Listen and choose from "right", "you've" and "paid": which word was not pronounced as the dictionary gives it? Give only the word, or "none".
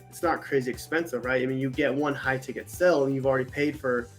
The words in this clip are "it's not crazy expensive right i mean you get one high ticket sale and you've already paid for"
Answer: none